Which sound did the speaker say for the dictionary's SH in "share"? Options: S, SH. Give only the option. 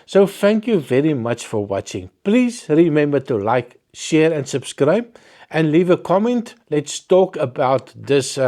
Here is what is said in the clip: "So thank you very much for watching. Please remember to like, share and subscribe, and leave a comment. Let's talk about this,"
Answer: SH